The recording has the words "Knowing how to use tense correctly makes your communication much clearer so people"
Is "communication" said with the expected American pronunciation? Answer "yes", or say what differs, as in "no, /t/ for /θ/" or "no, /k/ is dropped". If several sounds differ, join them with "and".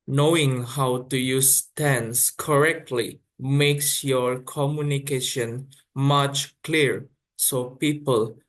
yes